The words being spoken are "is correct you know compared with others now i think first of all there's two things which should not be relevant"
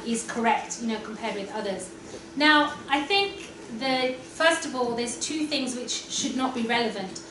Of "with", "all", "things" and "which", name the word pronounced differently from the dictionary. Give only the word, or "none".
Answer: none